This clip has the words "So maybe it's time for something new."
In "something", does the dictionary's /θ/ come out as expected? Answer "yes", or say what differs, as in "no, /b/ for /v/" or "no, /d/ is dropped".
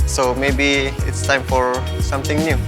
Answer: no, /t/ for /θ/